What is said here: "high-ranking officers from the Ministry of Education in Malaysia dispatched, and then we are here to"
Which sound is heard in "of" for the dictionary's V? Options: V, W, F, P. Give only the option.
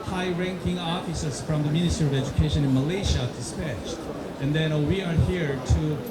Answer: V